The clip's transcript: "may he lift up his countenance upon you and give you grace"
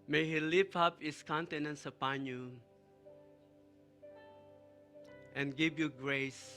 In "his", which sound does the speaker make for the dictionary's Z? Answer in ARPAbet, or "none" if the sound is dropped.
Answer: S